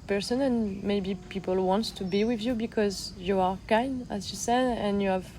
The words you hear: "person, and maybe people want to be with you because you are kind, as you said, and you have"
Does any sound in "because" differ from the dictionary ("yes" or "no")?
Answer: no